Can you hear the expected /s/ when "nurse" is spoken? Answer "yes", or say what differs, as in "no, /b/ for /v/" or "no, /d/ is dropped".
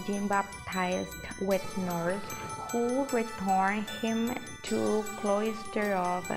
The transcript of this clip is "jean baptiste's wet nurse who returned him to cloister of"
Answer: no, /θ/ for /s/